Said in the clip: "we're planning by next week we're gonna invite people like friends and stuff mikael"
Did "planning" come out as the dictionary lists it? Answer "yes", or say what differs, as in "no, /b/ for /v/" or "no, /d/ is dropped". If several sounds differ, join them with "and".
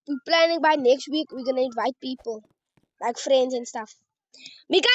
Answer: yes